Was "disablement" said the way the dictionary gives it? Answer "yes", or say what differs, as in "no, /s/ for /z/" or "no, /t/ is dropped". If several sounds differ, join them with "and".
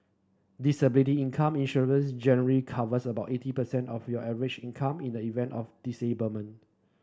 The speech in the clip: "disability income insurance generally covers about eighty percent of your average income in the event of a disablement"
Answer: no, /l/ is dropped and /t/ is dropped